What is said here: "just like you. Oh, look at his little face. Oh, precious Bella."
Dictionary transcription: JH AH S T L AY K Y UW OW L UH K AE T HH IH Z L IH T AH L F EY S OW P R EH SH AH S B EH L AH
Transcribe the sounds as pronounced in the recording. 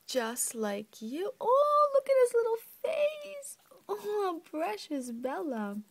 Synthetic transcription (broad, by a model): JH AH S T L AY K Y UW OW L UH K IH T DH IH S L IH T L F EY S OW P R EH SH AH S B EH L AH